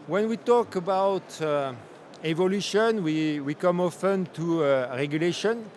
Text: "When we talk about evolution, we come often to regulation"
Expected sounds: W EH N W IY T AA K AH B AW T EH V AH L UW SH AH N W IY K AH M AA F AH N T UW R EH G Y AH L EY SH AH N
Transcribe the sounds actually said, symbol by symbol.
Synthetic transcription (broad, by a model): W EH N W IY T AA K AH B AW T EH V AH L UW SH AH N W IY K AH M AA F AH N T UW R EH G Y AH L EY SH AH N